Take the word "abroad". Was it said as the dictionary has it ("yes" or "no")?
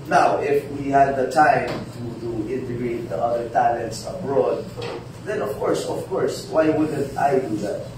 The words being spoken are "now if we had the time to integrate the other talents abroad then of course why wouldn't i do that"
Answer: yes